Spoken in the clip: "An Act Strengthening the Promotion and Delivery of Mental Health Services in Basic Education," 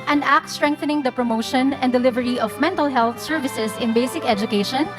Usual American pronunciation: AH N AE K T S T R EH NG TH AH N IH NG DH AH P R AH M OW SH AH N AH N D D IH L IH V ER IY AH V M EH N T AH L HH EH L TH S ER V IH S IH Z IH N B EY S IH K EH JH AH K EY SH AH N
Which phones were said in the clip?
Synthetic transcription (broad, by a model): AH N AE K T S T R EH NG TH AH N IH NG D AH P R AH M OW SH AH N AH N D D IH L IH V ER IY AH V M EH N T AH L HH EH L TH S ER V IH S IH S IH N B EY S IH K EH JH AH K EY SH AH N